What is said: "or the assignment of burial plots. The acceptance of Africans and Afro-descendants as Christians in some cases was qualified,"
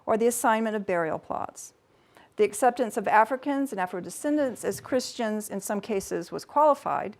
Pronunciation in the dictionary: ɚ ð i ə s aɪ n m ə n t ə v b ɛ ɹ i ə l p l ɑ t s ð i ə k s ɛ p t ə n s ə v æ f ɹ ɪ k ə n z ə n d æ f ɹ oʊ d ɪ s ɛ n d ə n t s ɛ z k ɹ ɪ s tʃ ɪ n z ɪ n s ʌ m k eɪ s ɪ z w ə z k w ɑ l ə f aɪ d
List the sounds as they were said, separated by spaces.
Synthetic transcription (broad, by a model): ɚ ð i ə s aɪ n m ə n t ə v b ɛ ɹ i l p l ɑ t s ð i ə k s ɛ p t ə n s ə v æ f ɹ ɪ k ə n z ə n æ f ɹ oʊ d ɪ s ɛ n d ə n t s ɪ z k ɹ ɪ s tʃ ɪ n z ɪ n s ʌ m k eɪ s ɪ z w ə z k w ɑ l ə f aɪ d